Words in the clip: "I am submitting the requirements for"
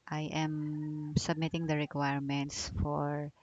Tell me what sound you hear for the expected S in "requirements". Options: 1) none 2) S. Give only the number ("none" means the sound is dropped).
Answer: 2